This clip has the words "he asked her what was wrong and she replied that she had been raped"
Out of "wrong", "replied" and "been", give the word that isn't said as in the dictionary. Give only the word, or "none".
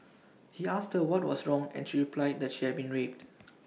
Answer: none